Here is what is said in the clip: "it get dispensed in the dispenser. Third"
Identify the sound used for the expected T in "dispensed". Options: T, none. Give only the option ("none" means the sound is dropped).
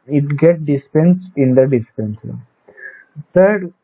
none